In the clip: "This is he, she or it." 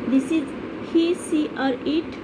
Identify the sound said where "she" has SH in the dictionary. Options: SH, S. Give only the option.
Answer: S